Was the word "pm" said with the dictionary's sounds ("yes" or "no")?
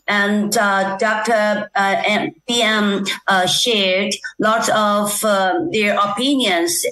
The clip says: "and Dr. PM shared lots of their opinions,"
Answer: no